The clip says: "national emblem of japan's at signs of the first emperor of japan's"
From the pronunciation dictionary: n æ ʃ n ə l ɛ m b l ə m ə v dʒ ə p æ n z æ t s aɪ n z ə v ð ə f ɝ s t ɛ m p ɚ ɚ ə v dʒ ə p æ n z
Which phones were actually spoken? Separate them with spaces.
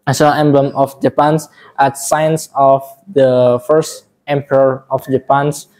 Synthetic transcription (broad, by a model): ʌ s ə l ɛ m b l ə m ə f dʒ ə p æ n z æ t s aɪ n s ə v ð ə f ɝ s t ɛ m p ɚ ɚ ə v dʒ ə p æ n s